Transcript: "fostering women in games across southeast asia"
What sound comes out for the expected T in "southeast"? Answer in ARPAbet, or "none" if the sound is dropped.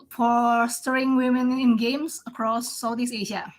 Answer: none